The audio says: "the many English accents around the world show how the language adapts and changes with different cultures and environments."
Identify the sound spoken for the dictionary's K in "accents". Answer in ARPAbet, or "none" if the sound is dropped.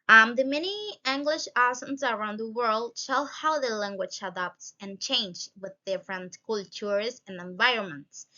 none